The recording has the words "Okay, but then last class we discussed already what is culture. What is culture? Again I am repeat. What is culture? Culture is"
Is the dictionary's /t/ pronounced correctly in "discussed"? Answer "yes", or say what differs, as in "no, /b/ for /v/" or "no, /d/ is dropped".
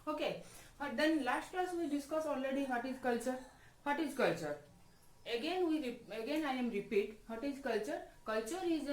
no, /t/ is dropped